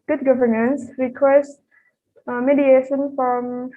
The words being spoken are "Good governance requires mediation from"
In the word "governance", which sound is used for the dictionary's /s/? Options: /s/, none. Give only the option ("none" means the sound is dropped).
/s/